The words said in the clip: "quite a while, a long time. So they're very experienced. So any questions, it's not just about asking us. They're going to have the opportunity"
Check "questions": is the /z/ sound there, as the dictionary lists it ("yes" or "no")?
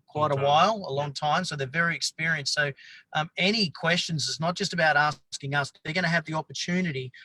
yes